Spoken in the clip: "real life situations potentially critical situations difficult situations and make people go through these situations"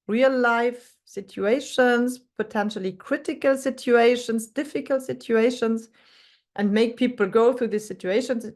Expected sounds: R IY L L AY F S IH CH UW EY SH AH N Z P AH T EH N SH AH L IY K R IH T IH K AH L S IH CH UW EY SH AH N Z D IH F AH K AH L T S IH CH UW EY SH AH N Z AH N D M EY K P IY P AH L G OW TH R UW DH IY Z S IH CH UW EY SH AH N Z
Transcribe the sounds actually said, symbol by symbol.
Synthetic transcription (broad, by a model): R IY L L AY F S IH CH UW EY SH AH N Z P AH T EH N SH AH L IY K R IH T IH K AH L S IH CH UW EY SH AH N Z D IH F AH K AH L T S IH CH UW EY SH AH N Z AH N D M EY K P IY P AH L G OW TH R UW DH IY S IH CH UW EY SH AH N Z